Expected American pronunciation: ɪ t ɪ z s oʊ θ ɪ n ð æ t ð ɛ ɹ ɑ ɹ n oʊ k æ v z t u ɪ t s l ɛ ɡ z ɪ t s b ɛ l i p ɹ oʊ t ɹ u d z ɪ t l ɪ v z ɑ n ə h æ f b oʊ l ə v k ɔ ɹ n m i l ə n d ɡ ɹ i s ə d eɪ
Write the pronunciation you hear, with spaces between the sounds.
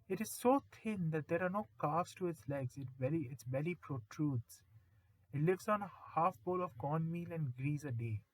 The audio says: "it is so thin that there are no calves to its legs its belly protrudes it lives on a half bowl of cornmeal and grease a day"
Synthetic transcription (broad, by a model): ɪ t ɪ z s oʊ t ɪ n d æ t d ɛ ɹ ɑ ɹ n oʊ k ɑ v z t u ɪ t s l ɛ ɡ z ɪ t s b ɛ l i p ɹ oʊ t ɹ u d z ɪ t l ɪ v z ɑ n ə h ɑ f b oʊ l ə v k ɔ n m i l ə n d ɡ ɹ i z ə d eɪ